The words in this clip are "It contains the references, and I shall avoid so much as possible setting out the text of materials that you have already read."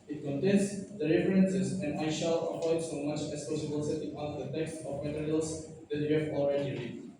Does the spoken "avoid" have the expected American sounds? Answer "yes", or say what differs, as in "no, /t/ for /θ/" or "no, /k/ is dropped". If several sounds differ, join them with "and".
no, /p/ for /v/